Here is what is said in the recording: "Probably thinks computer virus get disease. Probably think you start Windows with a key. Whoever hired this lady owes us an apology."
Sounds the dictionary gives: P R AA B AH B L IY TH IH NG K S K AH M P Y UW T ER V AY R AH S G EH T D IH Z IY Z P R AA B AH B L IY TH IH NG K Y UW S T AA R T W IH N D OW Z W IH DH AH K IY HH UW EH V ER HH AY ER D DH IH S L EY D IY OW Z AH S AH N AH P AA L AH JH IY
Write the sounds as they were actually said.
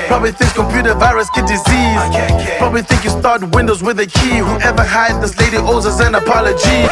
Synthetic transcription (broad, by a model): P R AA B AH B L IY TH IH NG K S K AH M P Y UW T ER V AY R AH S G EH T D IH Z IY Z P R AA B AH B L IY TH IH NG K Y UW S T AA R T W IH N D OW Z W IH DH AH K IY HH UW EH V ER HH AY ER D DH IH S L EY D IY OW Z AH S AH N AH P AA L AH JH IY